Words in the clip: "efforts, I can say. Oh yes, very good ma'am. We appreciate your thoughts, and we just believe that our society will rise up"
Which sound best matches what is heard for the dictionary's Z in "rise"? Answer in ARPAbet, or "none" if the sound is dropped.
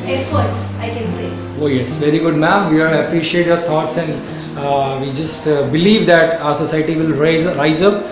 Z